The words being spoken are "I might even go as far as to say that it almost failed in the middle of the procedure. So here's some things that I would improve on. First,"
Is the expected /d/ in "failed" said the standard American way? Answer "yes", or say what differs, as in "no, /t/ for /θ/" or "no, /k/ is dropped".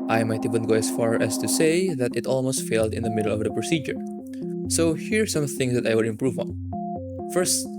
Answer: yes